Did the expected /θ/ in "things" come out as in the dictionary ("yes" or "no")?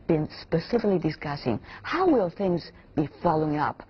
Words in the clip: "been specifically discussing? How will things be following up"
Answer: yes